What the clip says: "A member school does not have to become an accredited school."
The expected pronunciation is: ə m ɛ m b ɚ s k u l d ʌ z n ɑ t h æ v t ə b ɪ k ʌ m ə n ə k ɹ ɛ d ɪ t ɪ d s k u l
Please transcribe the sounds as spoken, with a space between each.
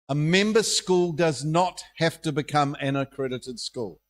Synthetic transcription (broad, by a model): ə m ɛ m b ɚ s k u l d ʌ z n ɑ t h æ f t ə b ɪ k ʌ m ə n ə k ɹ ɛ d ɪ t ɪ d s k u l